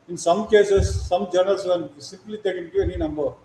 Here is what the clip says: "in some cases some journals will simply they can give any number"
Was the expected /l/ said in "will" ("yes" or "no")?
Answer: no